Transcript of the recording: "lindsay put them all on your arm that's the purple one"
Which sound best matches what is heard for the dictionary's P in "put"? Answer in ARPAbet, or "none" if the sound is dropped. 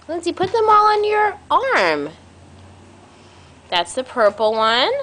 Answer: P